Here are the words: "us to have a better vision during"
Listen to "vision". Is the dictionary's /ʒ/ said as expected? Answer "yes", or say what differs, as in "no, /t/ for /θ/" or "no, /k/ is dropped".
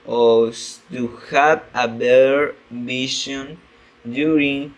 no, /ʃ/ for /ʒ/